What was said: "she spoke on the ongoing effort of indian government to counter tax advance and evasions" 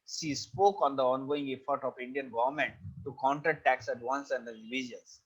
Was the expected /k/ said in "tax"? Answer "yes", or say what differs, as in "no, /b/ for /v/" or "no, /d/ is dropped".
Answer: yes